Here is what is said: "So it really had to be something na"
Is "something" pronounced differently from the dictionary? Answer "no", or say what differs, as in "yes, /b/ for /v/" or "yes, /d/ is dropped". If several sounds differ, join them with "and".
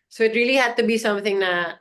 no